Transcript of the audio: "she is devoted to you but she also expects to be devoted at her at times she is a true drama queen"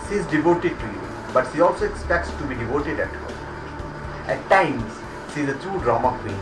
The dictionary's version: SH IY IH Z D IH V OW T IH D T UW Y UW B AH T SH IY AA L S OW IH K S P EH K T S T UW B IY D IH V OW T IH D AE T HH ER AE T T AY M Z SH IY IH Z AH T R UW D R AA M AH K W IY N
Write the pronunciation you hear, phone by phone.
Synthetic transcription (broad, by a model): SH IY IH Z D IH V OW T IH D T UW Y UW B AH T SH IY AA L S OW IH K S P EH K T S T UW B IY D IH V OW T IH D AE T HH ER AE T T AY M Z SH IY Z AH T UW D R AA M AH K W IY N